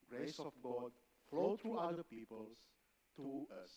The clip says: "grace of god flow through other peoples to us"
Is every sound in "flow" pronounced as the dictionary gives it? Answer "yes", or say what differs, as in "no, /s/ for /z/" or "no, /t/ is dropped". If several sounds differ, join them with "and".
yes